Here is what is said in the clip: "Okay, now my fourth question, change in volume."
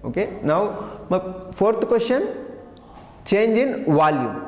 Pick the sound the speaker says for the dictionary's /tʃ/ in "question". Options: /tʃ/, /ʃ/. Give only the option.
/ʃ/